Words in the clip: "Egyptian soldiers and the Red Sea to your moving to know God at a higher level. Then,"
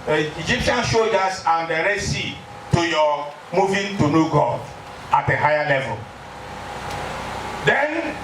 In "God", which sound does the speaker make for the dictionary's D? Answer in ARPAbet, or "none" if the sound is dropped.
none